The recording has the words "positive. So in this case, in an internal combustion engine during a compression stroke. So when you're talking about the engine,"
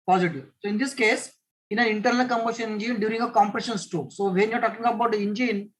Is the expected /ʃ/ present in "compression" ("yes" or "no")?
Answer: yes